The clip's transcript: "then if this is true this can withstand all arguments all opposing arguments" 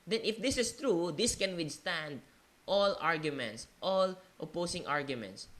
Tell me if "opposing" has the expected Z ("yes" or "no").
no